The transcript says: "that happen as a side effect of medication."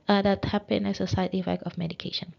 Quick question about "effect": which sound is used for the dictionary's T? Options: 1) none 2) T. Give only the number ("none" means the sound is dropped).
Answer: 1